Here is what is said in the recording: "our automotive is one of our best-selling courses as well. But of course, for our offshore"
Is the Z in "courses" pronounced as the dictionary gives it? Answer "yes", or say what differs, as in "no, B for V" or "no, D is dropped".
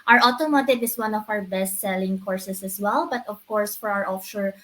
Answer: no, S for Z